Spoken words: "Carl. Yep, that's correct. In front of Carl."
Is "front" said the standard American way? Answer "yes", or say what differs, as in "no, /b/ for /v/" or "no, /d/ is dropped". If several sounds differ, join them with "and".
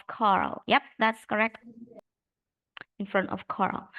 yes